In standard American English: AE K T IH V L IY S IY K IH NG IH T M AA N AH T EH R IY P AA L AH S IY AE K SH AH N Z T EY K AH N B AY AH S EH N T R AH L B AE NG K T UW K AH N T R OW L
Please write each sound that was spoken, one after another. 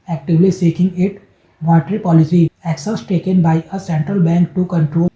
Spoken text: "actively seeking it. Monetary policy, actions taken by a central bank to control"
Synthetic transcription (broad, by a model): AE K T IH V L IY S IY K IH NG IH T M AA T R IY P AA L AH S IY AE K S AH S T EY K AH N B AY AH S EH N T R AH L B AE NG K T UW K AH N T R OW